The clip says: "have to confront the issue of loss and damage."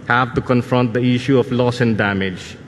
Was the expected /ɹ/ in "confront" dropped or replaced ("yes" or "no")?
no